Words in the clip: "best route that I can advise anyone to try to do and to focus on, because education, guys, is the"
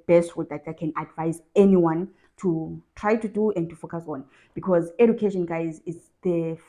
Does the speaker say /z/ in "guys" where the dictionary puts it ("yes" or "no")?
yes